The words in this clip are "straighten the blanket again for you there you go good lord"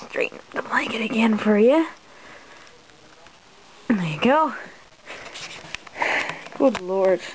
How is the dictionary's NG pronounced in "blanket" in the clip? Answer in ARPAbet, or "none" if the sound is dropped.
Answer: none